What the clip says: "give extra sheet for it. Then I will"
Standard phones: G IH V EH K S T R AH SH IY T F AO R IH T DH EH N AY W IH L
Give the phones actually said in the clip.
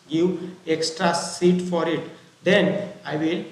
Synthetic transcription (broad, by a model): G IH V EH K S T R AH S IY T F AO R IH T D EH N AY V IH L